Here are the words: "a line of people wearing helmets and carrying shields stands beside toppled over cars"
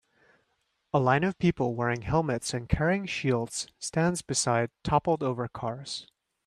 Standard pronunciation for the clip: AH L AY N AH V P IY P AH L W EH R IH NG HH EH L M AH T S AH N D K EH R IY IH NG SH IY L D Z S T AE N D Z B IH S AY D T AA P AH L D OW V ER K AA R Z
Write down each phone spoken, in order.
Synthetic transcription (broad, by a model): AH L AY N AH V P IY P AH L W EH R IH NG HH EH L M AH T S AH N K EH R IY IH NG SH IY L D Z S T AE N D Z B IH S AY D T AA P L D OW V ER K AA R Z